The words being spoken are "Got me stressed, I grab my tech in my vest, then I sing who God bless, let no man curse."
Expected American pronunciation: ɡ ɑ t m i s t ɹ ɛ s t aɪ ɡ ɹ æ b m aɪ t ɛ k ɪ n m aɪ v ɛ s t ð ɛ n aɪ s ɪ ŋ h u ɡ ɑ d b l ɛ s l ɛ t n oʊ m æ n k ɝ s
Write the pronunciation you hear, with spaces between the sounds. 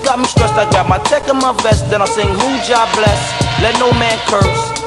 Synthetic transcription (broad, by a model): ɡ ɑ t m i s t ɹ ɛ s t aɪ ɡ ɑ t m aɪ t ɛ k ɪ n m aɪ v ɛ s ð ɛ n aɪ s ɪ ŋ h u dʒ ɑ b b l ɛ s l ɛ t n oʊ m æ n k ɝ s